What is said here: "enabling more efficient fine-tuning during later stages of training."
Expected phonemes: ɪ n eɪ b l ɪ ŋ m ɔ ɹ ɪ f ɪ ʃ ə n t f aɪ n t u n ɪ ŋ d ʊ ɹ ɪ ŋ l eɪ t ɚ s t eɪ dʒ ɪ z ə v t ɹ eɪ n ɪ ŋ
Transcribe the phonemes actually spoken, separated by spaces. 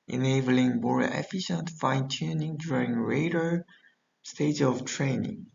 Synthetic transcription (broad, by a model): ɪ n eɪ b l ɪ ŋ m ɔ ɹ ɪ f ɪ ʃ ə n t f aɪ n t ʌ n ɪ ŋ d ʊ ɹ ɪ ŋ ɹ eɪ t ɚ s t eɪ ɪ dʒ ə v t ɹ eɪ n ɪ ŋ